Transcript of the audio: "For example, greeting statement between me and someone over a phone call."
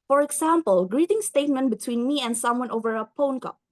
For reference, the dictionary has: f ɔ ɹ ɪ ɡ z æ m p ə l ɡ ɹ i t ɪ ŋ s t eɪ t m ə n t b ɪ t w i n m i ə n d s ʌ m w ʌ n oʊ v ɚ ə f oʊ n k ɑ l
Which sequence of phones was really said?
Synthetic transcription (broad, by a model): f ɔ ɹ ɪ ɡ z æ m p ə l ɡ ɹ i t ɪ ŋ s t eɪ t m ə n t b ɪ t w i n m i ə n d s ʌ m w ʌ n oʊ v ɚ ə p oʊ n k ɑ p